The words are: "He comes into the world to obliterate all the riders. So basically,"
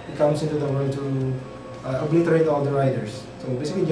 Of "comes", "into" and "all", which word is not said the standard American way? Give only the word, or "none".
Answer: comes